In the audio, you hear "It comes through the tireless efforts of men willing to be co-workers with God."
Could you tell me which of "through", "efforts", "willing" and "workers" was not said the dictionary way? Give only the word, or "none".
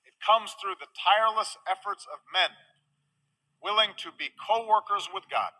none